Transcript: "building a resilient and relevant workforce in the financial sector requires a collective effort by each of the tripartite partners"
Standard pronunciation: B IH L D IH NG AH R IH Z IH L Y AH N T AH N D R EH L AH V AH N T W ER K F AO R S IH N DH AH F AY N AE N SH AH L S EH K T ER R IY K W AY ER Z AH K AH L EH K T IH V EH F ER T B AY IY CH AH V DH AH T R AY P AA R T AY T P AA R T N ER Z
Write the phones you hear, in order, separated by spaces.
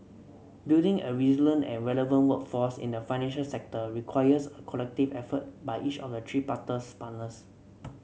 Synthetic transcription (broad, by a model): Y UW D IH NG AH R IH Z L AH N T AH N R EH L AH V AH N T W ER K F AO S IH N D AH F AY N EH N SH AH L S EH K T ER R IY K W AY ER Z AH K AH L EH K T IH V EH F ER T B AY IY CH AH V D AH T R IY P AA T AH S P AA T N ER S